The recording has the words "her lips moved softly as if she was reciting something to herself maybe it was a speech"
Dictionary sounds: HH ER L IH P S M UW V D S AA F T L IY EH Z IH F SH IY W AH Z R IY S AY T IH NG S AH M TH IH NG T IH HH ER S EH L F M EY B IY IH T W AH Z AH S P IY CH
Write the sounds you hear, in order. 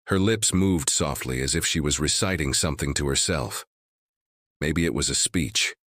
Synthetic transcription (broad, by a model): HH ER L IH P S M UW V D S AA F T L IY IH Z IH F SH IY W AH Z R IY S AY T IH NG S AH M TH IH NG T IH HH ER S EH L F M EY B IY IH T W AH Z AH S P IY CH